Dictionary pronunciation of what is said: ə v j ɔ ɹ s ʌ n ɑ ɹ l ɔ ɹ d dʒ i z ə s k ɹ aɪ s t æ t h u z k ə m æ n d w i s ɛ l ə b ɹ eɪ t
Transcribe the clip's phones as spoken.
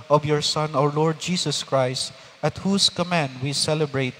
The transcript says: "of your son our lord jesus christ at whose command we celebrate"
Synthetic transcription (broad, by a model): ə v j ɔ ɹ s ʌ n ɑ ɹ l ɔ ɹ d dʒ i s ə s k ɹ aɪ s t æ t h u s k ə m æ n d w i s ɛ l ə b ɹ eɪ t